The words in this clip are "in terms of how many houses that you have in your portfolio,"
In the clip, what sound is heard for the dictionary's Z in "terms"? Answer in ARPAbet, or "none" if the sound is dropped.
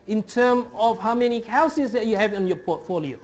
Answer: none